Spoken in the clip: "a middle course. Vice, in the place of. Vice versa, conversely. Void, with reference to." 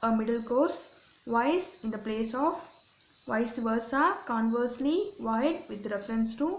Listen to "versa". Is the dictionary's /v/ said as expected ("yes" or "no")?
yes